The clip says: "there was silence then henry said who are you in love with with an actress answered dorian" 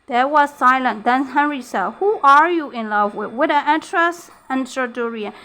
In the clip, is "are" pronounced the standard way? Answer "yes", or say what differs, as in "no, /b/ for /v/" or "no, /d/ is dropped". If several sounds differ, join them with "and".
yes